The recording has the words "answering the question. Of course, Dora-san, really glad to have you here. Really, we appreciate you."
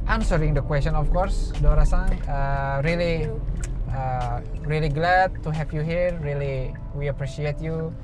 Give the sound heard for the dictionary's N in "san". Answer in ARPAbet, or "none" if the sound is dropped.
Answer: L